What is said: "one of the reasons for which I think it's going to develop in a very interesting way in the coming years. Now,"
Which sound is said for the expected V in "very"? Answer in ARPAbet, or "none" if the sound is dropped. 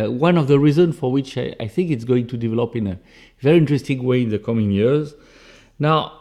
V